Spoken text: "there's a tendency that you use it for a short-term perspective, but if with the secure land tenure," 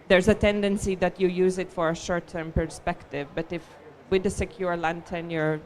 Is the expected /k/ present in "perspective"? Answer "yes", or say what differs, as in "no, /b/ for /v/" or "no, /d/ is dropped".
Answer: yes